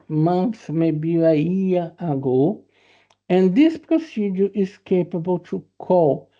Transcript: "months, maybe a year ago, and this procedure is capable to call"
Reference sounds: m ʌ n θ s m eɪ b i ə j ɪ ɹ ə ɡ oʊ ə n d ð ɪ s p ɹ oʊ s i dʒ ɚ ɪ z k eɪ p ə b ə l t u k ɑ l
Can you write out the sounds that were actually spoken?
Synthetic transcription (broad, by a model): m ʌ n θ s m eɪ b i ə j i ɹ ə ɡ oʊ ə n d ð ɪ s p ɹ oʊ s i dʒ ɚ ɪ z k eɪ p ə b ə l t u k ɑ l